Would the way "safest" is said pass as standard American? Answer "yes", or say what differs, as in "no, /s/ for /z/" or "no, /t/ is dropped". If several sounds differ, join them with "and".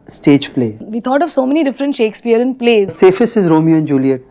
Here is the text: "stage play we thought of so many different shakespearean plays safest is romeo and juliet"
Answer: no, /t/ is dropped